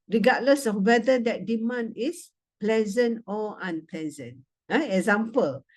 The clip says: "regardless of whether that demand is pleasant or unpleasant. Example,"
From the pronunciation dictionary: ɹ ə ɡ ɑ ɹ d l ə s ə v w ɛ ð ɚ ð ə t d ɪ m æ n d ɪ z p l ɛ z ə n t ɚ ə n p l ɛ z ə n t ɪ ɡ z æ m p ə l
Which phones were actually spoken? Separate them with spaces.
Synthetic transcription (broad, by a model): ɹ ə ɡ ɑ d l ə s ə f w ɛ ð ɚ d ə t d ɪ m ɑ n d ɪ s p l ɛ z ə n t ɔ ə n p l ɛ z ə n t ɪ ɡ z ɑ m p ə l